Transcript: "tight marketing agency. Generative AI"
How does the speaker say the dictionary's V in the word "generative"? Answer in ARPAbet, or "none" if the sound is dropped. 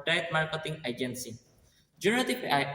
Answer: P